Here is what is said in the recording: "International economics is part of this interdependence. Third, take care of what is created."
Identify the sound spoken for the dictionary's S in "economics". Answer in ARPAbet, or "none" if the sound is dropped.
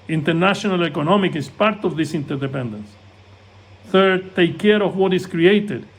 none